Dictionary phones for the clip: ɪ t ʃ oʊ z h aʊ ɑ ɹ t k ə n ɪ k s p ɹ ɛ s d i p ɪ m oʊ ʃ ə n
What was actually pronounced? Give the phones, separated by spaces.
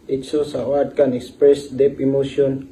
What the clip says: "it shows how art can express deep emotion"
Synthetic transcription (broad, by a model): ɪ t s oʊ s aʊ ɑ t k ə n ɪ k s p ɹ ɛ s d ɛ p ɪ m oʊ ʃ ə n